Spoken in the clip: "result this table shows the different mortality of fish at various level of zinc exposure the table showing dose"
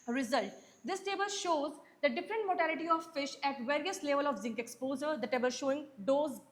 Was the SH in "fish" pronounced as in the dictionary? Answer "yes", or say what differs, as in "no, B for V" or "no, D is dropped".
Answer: yes